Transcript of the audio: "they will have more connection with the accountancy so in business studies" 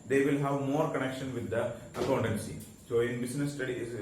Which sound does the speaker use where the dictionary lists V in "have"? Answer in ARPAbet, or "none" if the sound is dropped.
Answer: V